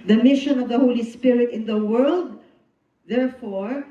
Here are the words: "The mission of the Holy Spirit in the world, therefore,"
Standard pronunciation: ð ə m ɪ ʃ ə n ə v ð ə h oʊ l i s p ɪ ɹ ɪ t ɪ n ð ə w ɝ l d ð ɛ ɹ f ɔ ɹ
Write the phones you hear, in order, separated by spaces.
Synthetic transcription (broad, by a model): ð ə m ɪ ʃ ə n ə v ð ə h oʊ l i s p ɪ ɹ ɪ t ɪ n ð ə w ɝ l d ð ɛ ɹ f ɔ ɹ